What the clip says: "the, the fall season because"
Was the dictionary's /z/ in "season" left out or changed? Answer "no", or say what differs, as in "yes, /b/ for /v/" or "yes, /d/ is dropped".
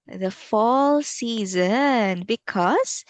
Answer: no